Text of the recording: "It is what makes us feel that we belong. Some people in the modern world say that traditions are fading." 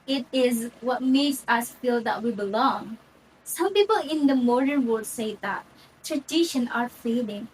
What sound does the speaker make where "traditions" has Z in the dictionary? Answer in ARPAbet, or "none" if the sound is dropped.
none